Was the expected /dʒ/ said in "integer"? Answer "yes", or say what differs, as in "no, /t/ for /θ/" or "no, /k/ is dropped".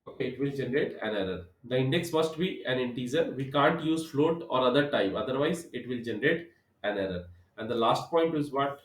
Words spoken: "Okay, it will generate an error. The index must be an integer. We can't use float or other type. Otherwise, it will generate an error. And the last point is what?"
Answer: no, /z/ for /dʒ/